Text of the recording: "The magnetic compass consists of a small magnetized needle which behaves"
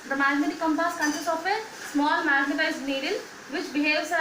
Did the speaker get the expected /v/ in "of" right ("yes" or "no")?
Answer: no